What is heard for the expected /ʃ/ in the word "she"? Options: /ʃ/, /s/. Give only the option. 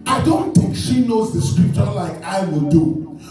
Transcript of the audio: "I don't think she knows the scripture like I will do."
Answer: /ʃ/